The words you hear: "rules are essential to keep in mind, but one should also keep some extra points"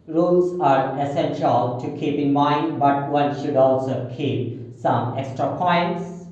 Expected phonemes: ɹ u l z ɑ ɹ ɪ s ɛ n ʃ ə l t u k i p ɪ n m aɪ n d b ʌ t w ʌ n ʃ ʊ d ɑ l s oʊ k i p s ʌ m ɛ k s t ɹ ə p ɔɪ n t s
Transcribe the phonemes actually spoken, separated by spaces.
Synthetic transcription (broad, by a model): ɹ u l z ɑ ɹ ɪ s ɛ n ʃ ə l t u k i p ɪ n m aɪ n d b ʌ t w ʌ n ʃ ʊ d ɑ l s oʊ k i p s ʌ m ɛ k s t ɹ ə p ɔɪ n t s